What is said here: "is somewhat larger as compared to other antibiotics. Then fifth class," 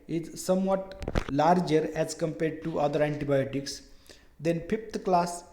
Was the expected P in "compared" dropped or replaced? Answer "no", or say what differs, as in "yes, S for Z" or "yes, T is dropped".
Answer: no